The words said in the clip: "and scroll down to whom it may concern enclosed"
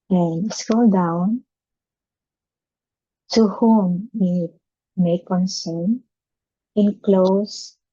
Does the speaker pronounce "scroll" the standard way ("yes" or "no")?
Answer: no